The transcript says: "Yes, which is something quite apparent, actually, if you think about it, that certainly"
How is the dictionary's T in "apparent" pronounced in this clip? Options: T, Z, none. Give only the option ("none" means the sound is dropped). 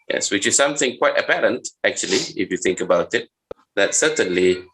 T